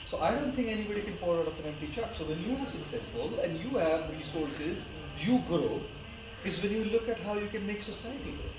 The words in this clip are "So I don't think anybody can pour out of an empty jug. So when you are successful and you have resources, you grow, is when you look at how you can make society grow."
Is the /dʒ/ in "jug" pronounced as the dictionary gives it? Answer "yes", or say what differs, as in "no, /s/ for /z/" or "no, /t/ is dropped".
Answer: no, /tʃ/ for /dʒ/